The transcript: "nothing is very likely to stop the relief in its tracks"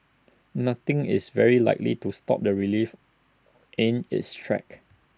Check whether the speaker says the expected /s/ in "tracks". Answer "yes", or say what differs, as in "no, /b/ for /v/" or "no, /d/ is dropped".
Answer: no, /s/ is dropped